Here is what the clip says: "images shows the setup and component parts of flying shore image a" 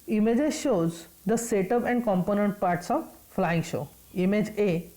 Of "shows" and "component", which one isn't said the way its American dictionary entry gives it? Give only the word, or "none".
none